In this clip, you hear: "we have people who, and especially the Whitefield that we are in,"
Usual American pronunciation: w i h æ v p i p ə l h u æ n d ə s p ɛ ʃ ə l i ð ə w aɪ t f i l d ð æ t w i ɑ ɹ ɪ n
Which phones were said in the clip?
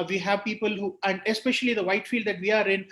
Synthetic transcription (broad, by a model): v i h æ v p i p ə l h u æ n d ə s p ɛ ʃ ə l i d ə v aɪ t f i l d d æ t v i ɑ ɹ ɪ n